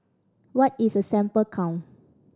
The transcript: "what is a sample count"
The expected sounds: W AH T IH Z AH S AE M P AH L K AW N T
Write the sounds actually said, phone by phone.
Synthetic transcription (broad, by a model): W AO T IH S AH S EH M P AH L K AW N